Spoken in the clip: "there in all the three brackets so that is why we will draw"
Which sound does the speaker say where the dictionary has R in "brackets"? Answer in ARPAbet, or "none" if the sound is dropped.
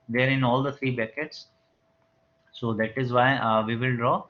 none